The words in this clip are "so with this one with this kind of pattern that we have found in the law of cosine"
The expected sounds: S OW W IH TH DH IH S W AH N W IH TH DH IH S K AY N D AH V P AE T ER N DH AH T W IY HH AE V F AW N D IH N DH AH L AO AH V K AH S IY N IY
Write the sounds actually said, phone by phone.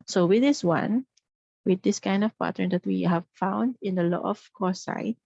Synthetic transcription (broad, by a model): S OW W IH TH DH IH S W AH N W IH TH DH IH S K AY N D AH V P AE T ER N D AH T W IY HH AE V F AW N D IH N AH L AO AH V K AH S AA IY